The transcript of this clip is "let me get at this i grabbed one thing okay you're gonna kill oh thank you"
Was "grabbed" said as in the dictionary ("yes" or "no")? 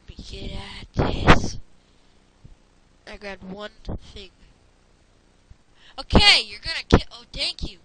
no